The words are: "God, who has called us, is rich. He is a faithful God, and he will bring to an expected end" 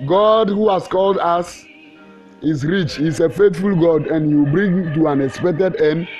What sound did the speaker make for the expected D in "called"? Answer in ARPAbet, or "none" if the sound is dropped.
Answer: D